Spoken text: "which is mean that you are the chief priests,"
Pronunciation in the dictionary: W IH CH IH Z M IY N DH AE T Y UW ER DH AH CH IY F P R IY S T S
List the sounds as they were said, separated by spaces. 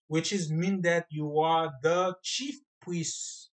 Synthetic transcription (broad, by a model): W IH CH IH Z M IY N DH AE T Y UW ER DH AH CH IY F P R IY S S